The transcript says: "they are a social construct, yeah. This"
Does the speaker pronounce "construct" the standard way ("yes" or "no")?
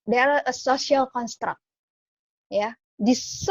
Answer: yes